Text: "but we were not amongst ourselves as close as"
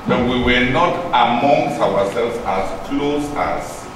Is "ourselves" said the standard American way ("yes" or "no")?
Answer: no